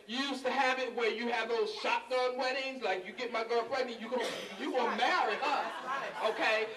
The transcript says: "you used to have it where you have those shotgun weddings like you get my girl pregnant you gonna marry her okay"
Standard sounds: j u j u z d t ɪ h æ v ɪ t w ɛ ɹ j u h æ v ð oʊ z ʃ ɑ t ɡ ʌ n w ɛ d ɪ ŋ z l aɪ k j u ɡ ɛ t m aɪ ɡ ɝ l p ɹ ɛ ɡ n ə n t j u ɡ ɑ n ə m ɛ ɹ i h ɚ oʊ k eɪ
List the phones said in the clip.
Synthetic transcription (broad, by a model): j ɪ j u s t ɪ h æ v ɪ t w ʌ ɹ j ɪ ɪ v ð oʊ z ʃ ɑ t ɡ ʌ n w ɛ d ɪ ŋ z l aɪ k j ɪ ɡ ɛ t m aɪ ɡ ɝ l f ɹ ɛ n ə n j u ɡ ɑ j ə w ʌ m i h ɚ oʊ k eɪ